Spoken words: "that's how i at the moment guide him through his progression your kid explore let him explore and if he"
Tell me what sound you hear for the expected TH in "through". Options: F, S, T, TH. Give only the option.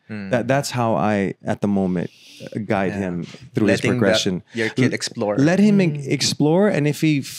TH